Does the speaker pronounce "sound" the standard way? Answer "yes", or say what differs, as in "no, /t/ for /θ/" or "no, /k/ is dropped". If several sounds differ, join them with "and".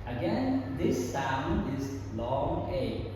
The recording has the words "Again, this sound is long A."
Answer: no, /d/ is dropped